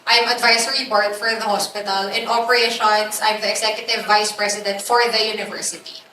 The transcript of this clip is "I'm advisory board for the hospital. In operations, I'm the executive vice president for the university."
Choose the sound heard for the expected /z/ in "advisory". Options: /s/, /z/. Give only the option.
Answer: /s/